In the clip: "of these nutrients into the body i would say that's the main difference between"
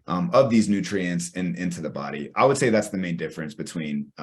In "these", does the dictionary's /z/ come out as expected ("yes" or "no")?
yes